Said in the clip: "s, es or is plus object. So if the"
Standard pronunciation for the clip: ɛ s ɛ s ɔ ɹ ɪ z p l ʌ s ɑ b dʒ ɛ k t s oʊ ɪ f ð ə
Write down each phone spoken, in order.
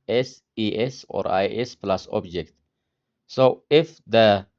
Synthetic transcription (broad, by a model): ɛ s ɛ s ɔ ɹ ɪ s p l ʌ s ɑ b dʒ ɛ k t s oʊ ɪ f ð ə